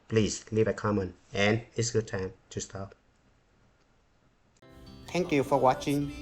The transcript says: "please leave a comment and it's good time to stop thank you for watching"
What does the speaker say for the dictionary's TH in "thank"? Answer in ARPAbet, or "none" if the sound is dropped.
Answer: T